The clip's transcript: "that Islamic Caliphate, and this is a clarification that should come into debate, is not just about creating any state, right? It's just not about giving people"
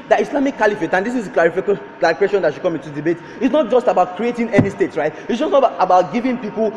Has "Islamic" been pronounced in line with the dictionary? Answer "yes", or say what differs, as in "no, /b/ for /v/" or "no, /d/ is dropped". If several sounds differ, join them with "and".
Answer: no, /s/ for /z/